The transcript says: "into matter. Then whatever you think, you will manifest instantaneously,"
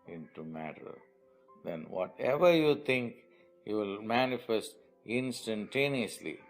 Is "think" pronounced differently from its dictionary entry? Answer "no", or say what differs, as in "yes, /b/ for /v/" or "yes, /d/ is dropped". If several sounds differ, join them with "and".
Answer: yes, /t/ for /θ/